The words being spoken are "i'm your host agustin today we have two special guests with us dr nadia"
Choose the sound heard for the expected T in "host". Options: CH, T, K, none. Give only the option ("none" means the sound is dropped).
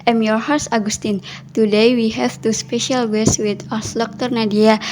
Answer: none